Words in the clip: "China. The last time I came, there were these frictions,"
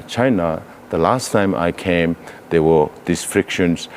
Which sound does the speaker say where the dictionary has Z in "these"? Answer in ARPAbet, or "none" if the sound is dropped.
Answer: S